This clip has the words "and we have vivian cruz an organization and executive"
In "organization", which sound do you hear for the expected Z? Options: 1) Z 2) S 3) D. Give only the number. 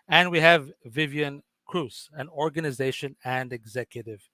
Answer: 1